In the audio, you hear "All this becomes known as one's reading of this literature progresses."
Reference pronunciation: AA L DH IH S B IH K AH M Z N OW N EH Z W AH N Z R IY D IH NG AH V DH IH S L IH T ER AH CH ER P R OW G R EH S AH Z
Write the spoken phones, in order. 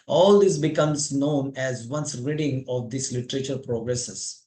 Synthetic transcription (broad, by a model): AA L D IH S B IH K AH M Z N OW N EH Z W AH N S R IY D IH NG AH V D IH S L IH T ER AH CH ER P R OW G R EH S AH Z